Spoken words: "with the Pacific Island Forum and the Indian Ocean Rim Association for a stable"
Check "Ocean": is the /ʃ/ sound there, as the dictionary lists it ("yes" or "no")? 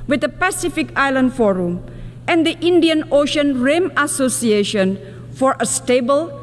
yes